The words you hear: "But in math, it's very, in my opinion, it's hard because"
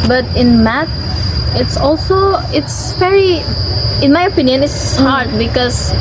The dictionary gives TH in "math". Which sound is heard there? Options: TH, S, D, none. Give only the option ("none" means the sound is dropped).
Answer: S